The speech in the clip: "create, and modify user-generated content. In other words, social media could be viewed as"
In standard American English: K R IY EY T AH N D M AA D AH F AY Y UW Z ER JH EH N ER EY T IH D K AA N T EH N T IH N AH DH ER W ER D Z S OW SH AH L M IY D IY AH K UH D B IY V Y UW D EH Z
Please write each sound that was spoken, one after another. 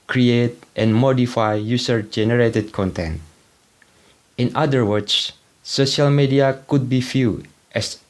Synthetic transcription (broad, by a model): K R IY EY T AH N M AA D AH F AY Y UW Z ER JH EH N ER EY T IH D K AA N T EH N T IH N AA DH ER W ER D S S OW SH AH L M IY D IY AH K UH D B IY F Y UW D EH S